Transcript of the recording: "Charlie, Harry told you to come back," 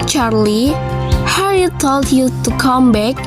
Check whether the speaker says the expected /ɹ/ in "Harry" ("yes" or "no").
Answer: no